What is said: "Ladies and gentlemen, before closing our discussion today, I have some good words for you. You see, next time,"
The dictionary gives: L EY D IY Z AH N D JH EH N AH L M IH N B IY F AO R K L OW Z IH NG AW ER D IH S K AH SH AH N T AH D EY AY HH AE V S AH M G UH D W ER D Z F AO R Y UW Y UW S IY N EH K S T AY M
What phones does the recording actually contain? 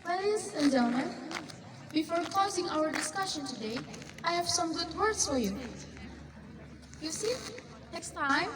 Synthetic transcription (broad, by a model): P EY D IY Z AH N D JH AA AH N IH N B IY F AO R K OW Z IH NG AW ER D IH S K AH SH AH N T AH D EY AY HH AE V S AH M G UH D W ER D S F AO R Y UW Y UW S IY N EH K S T AY M